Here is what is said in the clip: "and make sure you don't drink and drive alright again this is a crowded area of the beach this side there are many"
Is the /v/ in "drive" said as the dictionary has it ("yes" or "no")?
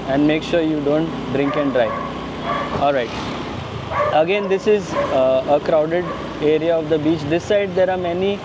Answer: no